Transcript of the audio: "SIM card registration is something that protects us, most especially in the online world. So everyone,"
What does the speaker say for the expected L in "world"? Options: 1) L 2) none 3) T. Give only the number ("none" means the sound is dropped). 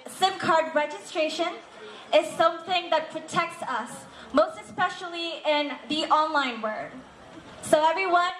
2